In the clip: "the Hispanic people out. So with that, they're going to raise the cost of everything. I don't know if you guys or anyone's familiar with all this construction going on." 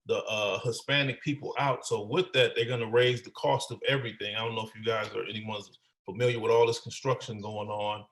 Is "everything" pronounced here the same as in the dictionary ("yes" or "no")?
yes